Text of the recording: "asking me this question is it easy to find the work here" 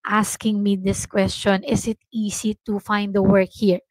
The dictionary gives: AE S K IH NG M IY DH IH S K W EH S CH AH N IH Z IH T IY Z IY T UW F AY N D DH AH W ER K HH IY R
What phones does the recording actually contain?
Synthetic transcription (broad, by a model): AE S K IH NG M IY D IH S K W EH S CH AH N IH S IH T IY S IY T UW F AY N D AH W ER K HH IY R